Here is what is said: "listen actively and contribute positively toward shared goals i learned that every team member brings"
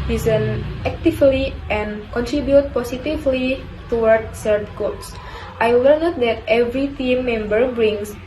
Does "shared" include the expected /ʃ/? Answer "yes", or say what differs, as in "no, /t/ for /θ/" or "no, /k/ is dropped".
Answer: no, /s/ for /ʃ/